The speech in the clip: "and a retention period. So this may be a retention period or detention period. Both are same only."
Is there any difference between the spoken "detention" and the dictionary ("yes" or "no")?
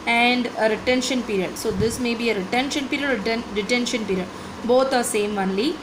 no